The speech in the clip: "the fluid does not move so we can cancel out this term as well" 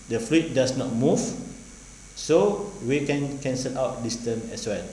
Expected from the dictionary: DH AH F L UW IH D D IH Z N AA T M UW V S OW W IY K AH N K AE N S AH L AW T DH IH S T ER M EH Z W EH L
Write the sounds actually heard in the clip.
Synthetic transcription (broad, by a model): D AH F L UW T D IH S N AA T M UW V S OW W IY K AH N K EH N S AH L AW T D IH S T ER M EH S W EH L